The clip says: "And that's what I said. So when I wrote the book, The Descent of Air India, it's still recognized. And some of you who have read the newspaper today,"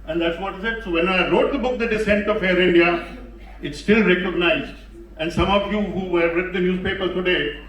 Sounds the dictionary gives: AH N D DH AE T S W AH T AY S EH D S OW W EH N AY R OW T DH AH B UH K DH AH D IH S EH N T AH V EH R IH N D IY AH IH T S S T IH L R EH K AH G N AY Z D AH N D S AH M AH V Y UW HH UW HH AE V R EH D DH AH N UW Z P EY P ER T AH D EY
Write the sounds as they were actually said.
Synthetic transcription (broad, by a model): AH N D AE T S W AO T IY S EH D S OW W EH N AY R OW T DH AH B UH K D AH D IH S EH N T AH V EH R IH N D IY AH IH T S S T IH L R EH K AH G N AY Z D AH N S AH M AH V Y UW HH UW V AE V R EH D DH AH N UW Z P EY P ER T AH D EY